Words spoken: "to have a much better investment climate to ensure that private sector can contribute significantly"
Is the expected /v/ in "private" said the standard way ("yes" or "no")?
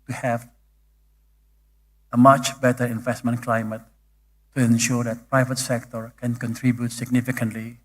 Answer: yes